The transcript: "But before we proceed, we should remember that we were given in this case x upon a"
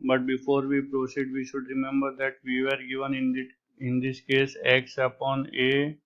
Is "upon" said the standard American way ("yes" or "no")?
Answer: yes